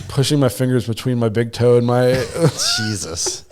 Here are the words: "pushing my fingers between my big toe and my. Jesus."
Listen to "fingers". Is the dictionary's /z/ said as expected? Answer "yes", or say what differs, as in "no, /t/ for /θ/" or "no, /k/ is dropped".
yes